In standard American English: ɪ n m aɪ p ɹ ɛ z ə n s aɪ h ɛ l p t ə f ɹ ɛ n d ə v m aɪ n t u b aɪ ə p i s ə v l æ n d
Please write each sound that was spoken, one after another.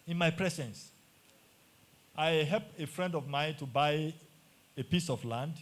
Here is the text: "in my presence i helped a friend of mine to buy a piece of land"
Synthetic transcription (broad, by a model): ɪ n m aɪ p ɹ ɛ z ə n s aɪ h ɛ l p ə f ɹ ɛ n d ə v m aɪ n t u b aɪ ə p i s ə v l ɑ n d